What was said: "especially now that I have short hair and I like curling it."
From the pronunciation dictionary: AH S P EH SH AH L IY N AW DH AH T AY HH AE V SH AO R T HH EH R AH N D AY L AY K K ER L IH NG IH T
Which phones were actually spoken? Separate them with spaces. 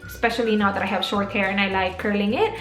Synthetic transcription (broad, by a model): S P EH SH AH L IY N AW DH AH T AY HH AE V SH AO R T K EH R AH N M AY L AY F K ER L IH NG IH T